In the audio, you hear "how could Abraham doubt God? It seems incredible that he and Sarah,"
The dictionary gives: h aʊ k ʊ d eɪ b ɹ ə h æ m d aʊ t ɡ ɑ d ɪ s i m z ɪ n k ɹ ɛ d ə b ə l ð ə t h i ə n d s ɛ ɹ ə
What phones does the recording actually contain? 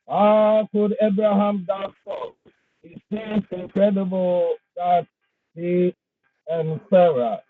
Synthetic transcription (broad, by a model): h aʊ k ʊ d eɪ b ɹ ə h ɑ m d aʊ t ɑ ɪ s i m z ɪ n k ɹ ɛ d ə b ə l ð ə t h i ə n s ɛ ɹ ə